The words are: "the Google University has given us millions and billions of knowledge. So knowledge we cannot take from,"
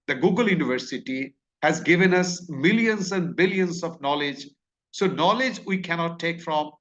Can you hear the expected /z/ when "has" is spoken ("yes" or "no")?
yes